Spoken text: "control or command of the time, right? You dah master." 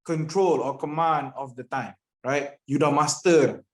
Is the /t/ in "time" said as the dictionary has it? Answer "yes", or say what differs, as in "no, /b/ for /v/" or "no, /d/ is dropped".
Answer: yes